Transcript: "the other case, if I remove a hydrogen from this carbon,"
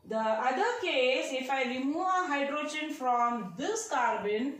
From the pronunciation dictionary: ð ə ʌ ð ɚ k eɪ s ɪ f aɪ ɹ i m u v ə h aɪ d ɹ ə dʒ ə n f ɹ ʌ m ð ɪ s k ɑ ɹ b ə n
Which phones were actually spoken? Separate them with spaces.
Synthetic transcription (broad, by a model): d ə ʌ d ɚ k eɪ s ɪ f aɪ l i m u ə h aɪ d ɹ ə dʒ ə n f ɹ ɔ m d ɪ s k ɑ ɹ b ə n